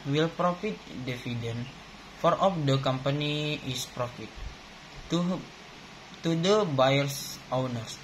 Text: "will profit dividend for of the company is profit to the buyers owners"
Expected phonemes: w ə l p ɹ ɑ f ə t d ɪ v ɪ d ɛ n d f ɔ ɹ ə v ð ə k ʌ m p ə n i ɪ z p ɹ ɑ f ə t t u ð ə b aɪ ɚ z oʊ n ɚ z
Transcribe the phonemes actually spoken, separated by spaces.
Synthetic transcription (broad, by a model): w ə l p ɹ ɑ f ə t d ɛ f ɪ d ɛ n f ɔ ɹ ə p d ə k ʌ m p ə n i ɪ s p ɹ ɑ f ə t t u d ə b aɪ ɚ s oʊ n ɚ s